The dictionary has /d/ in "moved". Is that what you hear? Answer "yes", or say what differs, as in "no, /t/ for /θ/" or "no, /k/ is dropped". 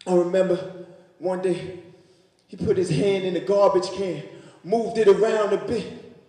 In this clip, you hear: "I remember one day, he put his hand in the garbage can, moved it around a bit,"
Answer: yes